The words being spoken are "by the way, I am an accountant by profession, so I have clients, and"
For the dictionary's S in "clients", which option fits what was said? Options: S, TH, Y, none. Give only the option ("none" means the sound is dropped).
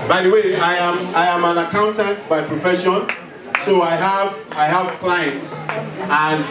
S